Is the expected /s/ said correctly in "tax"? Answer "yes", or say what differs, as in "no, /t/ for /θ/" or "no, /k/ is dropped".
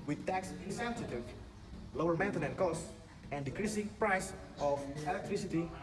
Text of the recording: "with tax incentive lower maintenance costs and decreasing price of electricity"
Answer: yes